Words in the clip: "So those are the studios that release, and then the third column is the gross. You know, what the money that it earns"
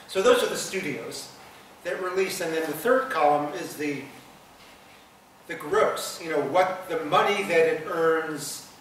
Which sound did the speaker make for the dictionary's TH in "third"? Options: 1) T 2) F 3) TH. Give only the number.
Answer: 3